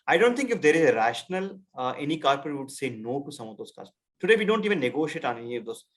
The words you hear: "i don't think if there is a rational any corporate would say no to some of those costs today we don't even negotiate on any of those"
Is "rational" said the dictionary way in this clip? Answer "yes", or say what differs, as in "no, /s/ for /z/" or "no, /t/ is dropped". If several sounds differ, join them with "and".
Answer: yes